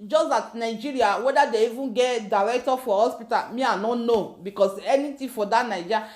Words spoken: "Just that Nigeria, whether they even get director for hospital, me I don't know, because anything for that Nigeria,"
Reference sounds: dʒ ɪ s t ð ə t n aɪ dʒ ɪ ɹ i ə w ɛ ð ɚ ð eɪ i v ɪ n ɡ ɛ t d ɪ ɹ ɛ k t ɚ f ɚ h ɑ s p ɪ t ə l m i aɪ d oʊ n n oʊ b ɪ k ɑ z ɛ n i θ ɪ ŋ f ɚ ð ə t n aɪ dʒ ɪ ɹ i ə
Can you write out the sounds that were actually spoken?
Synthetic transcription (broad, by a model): dʒ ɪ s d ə t n aɪ dʒ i ɹ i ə w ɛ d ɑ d eɪ i v ɪ n ɡ ɛ t d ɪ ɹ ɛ k t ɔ f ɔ h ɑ s p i t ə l m i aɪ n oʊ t n oʊ b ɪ k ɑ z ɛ n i t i f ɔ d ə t n aɪ dʒ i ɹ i